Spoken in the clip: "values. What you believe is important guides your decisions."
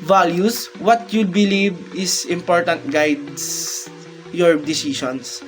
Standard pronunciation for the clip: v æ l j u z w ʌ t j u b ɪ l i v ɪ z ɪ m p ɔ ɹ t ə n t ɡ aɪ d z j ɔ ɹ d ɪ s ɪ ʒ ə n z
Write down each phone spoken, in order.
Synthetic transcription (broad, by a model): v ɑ l j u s w ʌ t j u b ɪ l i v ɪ s ɪ m p ɔ ɹ t ə n t ɡ aɪ d s j ɔ ɹ d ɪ s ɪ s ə n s